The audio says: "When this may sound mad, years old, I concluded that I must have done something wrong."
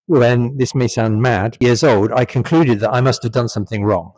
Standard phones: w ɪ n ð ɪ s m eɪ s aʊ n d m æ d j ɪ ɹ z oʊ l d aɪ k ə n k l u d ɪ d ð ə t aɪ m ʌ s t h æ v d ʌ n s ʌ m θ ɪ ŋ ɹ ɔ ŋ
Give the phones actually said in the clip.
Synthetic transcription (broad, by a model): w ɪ n ð ɪ s m eɪ s aʊ n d m æ d j ɪ ɹ z oʊ l d aɪ k ə n k l u d ɪ d ð ə t aɪ m ʌ s t h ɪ v d ʌ n s ʌ m θ ɪ ŋ ɹ ɔ ŋ